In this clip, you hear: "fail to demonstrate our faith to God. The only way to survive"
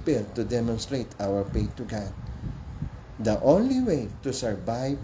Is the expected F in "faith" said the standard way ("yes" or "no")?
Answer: no